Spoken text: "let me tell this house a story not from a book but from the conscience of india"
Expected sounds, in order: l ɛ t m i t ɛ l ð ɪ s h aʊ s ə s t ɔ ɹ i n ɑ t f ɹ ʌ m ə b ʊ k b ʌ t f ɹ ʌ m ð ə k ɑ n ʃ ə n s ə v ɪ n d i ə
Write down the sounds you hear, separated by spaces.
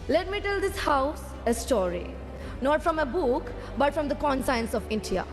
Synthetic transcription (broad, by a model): l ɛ t m i t ɛ l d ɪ s h aʊ s ə s t ɔ ɹ i n ɑ t f ɹ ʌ m ə b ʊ k b ʌ t f ɹ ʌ m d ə k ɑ n s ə n s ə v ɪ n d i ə